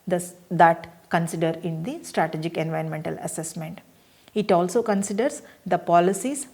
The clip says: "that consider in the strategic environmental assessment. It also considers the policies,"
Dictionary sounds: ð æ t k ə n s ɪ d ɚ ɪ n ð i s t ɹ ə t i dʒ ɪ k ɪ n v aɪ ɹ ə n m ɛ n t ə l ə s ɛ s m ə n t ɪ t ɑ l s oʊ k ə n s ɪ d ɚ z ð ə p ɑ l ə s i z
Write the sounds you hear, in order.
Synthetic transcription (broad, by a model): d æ t k ə n s ɪ d ɚ ɪ n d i s t ɹ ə t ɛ dʒ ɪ k ɪ n v aɪ ɹ ə n m ɛ n t ə l ə s ɛ s m ə n t ɪ t ɑ l s oʊ k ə n s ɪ d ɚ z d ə p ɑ l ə s i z